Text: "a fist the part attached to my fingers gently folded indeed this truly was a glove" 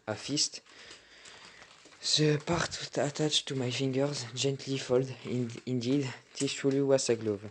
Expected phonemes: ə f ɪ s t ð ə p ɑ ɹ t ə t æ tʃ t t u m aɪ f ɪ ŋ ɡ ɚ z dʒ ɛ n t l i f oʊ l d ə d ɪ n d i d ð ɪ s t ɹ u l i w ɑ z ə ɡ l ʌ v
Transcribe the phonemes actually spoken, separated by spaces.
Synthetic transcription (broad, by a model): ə f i s t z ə p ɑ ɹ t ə t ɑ tʃ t t u m aɪ f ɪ ŋ ɡ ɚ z dʒ ɛ n t l i f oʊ l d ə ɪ n d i d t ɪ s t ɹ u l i w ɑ s ə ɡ l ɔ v